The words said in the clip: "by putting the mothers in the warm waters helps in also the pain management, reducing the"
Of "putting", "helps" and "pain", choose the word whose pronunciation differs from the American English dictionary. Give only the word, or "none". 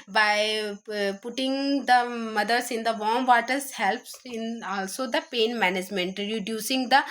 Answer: none